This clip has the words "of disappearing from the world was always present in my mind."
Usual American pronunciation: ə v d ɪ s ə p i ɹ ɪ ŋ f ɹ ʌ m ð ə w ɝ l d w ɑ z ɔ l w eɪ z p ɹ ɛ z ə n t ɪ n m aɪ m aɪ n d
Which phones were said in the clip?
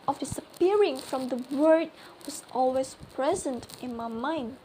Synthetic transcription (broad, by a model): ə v d ɪ s ə p i ɹ ɪ ŋ f ɹ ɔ m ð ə w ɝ d w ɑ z ɔ l w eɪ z p ɹ ɛ z ə n t ɪ n m aɪ m aɪ n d